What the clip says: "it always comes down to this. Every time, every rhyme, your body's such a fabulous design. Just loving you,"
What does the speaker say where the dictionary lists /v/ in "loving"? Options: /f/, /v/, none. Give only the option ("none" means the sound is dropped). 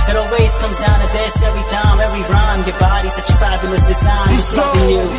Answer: none